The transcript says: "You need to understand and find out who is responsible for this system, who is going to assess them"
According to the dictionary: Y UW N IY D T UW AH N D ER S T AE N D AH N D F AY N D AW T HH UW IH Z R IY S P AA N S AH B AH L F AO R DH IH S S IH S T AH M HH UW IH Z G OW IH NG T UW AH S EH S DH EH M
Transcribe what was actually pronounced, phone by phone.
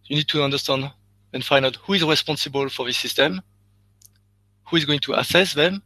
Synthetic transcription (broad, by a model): Y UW N IY D T UW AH N D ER S T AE N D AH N F AY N AW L HH UW IH Z R IY S P AA N S AH B AH L F AO R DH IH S S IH S T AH M HH UW IH Z G OW IH NG T UW AH S EH S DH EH M